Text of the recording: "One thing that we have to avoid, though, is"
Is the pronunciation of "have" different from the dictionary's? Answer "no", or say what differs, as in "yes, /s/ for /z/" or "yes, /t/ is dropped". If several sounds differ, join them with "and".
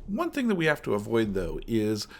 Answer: yes, /f/ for /v/